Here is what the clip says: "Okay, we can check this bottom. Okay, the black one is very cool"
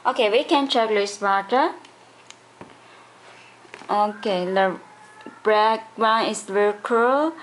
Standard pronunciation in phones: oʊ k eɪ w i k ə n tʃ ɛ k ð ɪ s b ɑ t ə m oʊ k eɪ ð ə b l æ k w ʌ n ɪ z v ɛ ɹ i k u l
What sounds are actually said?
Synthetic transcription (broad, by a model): oʊ k eɪ w i k ə n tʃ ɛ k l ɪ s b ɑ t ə oʊ k eɪ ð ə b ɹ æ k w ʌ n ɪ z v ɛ ɹ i k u l